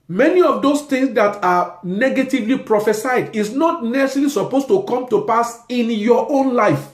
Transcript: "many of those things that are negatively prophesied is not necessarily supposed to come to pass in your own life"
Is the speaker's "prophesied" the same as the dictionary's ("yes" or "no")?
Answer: yes